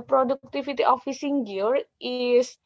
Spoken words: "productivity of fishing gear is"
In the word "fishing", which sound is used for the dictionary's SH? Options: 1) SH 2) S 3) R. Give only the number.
2